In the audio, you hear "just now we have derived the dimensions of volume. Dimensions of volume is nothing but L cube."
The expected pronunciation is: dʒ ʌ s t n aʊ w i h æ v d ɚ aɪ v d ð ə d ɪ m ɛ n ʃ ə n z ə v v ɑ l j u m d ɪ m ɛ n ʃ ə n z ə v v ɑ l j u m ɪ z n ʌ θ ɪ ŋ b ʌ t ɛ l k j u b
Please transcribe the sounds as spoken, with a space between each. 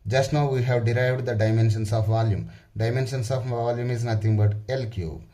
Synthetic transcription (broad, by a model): dʒ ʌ s t n aʊ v i h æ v d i aɪ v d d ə d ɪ m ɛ n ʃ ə n s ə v v ɑ l j u m d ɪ m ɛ n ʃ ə n s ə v v ɑ l j u m ɪ z n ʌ t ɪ ŋ b ʌ t ɛ l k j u